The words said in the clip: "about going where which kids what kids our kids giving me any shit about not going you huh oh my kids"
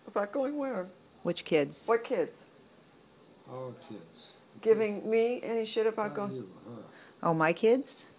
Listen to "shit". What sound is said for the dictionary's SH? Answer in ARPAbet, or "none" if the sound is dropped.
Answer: SH